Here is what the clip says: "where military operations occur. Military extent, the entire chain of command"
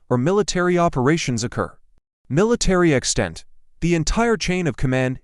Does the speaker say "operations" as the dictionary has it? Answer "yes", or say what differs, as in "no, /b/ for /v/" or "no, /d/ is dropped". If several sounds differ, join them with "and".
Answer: yes